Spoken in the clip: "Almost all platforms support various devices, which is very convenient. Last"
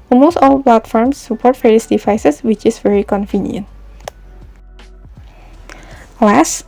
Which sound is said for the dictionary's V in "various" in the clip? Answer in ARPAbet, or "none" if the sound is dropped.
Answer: F